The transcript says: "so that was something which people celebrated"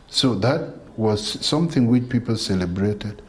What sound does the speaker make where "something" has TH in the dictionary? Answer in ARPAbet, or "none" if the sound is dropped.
TH